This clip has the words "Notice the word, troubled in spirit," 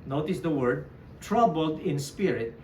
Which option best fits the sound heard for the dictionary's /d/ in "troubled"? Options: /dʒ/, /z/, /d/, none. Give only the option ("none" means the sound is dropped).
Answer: /d/